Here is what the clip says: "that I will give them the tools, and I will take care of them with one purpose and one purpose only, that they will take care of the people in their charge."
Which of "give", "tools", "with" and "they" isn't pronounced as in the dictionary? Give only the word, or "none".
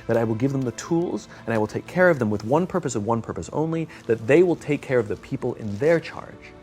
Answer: none